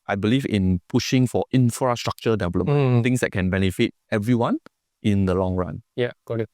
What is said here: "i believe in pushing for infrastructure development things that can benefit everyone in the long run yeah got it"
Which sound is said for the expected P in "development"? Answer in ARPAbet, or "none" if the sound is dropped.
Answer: none